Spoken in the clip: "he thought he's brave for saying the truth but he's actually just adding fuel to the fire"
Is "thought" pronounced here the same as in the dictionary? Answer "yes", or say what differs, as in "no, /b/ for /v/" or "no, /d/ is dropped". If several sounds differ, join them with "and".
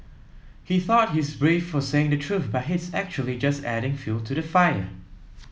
yes